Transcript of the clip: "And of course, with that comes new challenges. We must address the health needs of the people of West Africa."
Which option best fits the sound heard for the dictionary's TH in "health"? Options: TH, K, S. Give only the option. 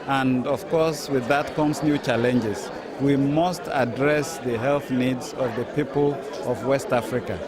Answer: TH